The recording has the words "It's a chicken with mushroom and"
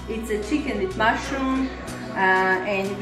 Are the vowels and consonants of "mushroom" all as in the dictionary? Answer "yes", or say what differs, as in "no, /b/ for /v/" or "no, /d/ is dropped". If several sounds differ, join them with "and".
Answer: no, /ɹ/ is dropped